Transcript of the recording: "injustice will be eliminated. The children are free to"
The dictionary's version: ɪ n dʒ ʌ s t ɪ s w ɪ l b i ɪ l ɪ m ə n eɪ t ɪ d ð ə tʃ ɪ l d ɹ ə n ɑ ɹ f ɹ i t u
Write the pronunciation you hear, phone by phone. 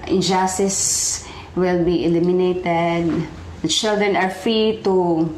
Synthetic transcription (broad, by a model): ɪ n dʒ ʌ s t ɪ s w ɪ l b i ɪ l ɪ m ə n eɪ t ɪ d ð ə tʃ ɪ l d ɹ ə n ɑ ɹ f ɹ i t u